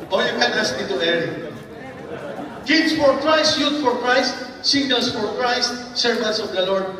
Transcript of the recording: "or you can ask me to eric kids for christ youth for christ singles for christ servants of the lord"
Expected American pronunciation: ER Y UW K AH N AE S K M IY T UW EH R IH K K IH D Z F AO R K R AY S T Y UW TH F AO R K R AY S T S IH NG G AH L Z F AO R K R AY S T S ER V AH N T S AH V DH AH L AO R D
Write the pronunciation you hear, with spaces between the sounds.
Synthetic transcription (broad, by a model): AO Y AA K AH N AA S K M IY T UW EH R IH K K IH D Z F AO R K R AY S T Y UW T F AO R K R AY S T S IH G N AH L S F AO R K R AY S T S ER V AH N T S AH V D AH L AO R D